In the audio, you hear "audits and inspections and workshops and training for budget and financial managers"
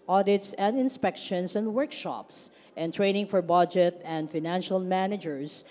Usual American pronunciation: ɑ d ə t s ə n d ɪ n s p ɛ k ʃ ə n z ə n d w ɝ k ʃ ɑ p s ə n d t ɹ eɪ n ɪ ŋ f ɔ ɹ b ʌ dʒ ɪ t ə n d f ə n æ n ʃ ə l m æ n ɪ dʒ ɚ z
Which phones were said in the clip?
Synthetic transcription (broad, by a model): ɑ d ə t s ə n d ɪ n s p ɛ k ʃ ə n s ə n d w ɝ k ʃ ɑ p s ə n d t ɹ eɪ n ɪ ŋ f ɔ ɹ b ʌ dʒ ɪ t ə n d f ə n æ n ʃ ə l m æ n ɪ dʒ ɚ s